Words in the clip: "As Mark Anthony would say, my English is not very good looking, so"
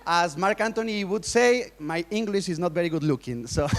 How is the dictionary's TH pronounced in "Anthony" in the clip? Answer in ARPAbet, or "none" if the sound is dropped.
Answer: T